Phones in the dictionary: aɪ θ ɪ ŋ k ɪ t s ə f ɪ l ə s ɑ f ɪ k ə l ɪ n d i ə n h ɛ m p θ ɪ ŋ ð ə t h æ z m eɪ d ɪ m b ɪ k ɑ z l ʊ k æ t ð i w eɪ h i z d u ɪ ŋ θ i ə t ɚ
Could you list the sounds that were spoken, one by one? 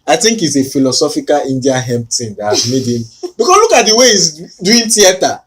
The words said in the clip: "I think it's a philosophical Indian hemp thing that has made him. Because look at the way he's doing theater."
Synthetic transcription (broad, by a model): aɪ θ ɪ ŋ k ɪ t s ə f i l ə s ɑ f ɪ k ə l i n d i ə h ɛ m p t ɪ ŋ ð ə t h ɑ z m eɪ d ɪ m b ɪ k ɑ s l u k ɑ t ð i w eɪ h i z d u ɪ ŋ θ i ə t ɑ